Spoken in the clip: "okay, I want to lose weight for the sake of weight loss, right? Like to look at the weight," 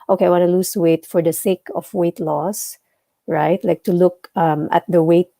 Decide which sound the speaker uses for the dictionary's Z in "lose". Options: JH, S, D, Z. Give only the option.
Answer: S